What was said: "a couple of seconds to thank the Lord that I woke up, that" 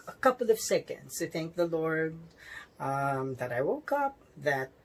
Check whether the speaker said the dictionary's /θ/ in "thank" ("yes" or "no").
yes